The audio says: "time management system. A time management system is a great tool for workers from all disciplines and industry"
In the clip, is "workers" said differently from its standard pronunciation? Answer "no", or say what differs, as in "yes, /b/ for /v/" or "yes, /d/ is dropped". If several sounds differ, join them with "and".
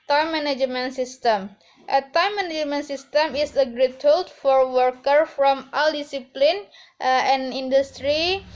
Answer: yes, /z/ is dropped